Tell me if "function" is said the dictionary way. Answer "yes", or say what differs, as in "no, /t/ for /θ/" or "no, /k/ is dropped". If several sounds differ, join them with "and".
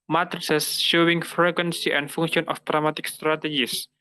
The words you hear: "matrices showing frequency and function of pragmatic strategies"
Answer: no, /k/ is dropped